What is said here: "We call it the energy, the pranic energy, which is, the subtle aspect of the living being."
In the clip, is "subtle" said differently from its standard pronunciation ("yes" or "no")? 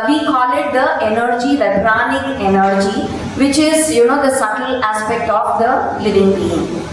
yes